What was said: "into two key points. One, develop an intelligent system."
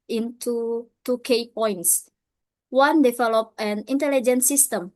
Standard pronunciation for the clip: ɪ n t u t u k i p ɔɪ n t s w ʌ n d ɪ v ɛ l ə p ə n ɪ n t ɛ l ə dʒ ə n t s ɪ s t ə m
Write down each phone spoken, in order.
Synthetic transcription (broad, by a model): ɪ n t u t u k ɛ p ɔɪ n t s w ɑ n d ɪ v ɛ l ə p ə n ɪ n t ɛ l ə dʒ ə n s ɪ s t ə m